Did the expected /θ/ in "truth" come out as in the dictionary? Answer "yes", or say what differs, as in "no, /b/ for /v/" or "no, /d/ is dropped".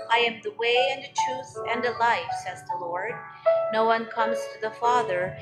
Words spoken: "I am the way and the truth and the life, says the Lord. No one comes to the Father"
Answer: yes